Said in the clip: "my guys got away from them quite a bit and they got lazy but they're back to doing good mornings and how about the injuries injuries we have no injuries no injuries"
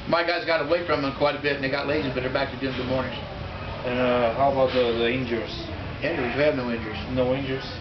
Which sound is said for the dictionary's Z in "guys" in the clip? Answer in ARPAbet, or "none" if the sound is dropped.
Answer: Z